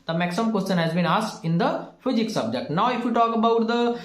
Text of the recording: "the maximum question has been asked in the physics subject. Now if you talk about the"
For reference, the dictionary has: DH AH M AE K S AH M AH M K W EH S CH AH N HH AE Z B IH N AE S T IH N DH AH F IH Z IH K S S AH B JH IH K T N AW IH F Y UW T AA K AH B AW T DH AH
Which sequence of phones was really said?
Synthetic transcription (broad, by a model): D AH M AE K S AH M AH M K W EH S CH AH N HH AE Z B IH N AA S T IH N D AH F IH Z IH K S S AH B JH IH K T N AW IH F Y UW T AA K AH B AW T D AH